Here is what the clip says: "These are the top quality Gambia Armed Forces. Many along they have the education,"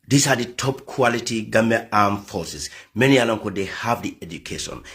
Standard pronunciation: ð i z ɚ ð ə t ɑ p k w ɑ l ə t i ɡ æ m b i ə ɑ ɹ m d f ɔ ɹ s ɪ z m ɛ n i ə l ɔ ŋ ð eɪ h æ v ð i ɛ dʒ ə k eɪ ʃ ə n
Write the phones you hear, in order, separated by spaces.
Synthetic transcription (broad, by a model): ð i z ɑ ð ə t ɑ p k w ɑ l ə t i ɡ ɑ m i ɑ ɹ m f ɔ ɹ s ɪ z m ɛ n i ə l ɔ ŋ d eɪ h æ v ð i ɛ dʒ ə k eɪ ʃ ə n